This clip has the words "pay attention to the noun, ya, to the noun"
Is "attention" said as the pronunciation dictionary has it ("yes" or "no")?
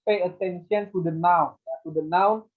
no